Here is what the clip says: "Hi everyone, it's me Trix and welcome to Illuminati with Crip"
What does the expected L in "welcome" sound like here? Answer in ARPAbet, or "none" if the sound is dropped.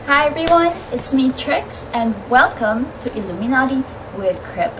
L